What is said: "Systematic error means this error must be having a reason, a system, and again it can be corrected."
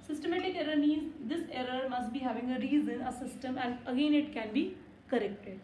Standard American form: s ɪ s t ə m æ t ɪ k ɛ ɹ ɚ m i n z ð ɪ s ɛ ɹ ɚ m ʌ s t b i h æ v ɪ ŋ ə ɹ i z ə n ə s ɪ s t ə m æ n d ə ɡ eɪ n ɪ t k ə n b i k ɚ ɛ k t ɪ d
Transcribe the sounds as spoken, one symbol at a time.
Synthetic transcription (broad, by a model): s ɪ s t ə m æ t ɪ k ɛ ɹ ɚ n i z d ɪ s ɛ ɹ ɚ m ʌ s t b i h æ v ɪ ŋ ə ɹ i z ə n ə s ɪ s t ə m æ n d ə ɡ eɪ n ɪ t k ə n b i k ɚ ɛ k t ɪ d